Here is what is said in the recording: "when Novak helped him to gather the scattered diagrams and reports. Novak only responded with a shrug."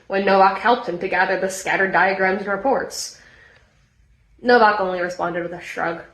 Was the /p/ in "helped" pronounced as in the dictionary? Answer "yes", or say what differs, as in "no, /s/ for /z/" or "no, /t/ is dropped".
yes